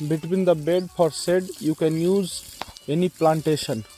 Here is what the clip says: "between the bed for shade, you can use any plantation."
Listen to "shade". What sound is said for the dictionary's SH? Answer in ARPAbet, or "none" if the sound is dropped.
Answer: S